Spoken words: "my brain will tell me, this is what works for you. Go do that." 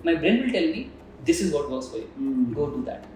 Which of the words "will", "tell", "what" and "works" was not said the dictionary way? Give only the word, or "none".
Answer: works